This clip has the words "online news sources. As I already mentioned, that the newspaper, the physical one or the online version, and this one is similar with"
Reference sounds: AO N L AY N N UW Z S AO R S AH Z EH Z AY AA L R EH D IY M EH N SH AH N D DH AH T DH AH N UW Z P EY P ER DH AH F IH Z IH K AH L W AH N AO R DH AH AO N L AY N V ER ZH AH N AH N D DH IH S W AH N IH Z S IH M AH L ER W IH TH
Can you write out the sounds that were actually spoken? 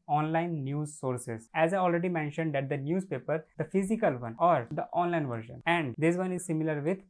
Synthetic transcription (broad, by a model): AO N L AY N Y UW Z S AO R S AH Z EH Z AY AA L R EH D IY M EH N SH AH N D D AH T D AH N UW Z P EY P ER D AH F IH Z IH K AH L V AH N AO R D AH AO N L AY N V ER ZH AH N AH N D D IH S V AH N IH Z S IH M AH L ER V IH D